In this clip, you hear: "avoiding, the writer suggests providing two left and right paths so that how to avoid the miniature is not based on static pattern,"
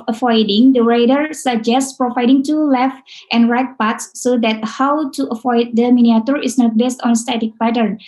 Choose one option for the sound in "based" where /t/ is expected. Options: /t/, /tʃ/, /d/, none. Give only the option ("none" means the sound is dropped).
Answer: /t/